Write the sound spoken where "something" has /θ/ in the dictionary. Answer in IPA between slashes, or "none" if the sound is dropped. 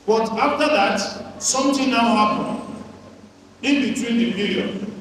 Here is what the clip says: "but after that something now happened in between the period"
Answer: /t/